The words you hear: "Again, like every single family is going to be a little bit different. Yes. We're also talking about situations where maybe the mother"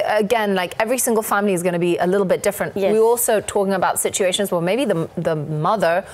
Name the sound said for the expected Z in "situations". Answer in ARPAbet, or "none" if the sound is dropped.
Z